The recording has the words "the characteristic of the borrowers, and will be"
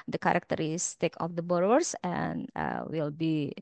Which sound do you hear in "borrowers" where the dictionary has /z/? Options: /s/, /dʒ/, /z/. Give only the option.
/s/